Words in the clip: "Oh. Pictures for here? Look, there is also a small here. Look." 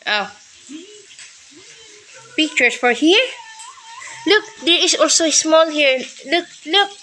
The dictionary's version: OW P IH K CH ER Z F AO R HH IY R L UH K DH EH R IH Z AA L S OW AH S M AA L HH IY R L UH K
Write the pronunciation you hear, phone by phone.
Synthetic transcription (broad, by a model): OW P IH K CH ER S F AO R HH IY R L UH K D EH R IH S AA L S OW AH S M AA L HH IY R L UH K